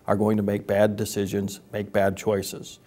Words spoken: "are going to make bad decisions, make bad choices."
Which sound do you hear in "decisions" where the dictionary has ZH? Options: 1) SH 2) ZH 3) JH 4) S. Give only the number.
2